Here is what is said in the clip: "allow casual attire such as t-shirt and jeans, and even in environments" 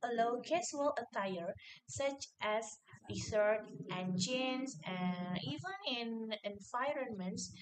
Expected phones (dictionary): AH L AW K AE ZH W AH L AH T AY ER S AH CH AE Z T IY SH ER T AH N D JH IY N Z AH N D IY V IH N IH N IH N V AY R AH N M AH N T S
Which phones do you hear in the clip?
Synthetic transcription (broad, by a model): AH L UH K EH S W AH L AH T AY ER S AH CH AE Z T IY S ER T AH N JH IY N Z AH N IY V IH N IH N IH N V AY R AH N M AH N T S